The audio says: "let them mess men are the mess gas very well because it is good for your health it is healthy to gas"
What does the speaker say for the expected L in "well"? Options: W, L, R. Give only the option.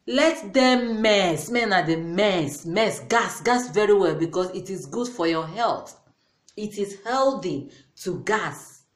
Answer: L